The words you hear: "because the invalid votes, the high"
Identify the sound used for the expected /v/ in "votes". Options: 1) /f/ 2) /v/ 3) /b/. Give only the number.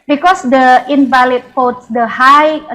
1